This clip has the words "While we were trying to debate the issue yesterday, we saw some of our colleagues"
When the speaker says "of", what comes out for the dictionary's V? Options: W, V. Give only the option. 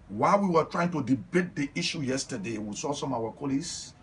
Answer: W